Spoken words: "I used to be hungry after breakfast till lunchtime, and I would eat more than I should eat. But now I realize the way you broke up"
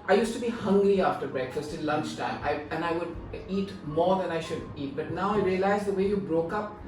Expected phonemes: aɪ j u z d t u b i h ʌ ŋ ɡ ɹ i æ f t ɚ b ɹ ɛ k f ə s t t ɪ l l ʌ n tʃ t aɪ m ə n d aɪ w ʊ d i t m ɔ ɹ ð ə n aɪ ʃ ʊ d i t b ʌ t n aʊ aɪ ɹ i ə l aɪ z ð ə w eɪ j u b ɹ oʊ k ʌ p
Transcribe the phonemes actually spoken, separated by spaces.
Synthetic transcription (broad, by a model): aɪ j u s t u b i h ʌ ŋ ɡ ɹ i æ f t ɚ b ɹ ɛ k f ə s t t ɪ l l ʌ n tʃ t aɪ m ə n aɪ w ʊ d i t m ɔ ɹ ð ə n aɪ ʃ ʊ d i t b ʌ t n aʊ aɪ ɹ i ə l aɪ z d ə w eɪ j u b ɹ oʊ k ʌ p